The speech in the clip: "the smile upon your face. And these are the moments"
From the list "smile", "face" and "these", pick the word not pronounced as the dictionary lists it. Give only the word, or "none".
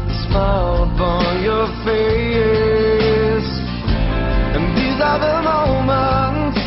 none